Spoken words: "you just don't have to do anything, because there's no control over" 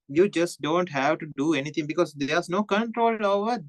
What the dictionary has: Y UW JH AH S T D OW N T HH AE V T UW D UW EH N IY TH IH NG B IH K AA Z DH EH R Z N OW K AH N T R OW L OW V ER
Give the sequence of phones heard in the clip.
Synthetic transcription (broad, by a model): Y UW JH AH S T D OW N T HH AE V T UW D UW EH N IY T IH NG B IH K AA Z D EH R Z N OW K AH N T R OW L OW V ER